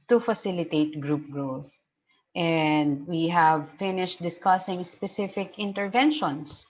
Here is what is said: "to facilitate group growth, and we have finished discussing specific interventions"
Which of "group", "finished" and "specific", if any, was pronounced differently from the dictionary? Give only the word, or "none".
none